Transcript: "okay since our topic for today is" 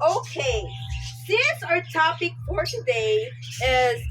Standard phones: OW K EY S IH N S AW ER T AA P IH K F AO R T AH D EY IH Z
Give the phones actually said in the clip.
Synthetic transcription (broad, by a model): OW K EY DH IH S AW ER T AA P IH K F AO R T AH D EY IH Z